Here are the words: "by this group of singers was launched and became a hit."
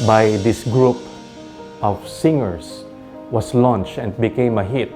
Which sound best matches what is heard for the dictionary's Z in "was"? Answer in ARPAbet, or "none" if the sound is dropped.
S